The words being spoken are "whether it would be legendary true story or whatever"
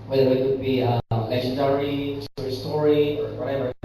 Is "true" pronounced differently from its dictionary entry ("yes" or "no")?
yes